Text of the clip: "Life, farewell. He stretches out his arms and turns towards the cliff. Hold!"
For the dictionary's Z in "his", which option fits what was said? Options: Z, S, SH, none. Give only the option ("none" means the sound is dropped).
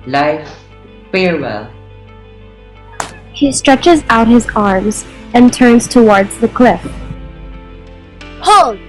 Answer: Z